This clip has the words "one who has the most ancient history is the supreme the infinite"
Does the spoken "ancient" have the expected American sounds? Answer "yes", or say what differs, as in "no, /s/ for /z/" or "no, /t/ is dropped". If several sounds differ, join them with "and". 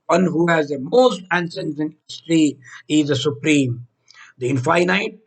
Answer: no, /s/ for /ʃ/